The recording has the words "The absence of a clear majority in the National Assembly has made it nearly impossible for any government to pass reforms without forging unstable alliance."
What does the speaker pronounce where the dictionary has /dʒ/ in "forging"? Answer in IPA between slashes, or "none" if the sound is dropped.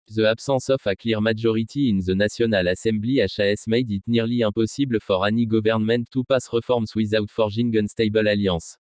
/ʒ/